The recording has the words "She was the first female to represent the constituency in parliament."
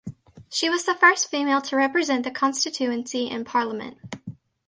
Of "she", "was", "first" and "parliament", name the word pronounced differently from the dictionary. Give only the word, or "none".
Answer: none